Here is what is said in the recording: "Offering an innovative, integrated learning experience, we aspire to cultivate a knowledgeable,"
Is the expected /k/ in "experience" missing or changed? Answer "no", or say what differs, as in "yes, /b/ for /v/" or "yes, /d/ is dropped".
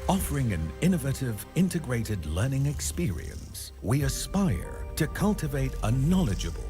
no